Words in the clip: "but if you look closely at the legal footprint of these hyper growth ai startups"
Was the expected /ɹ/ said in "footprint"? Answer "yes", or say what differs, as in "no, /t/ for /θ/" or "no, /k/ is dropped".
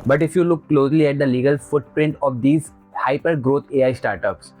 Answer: yes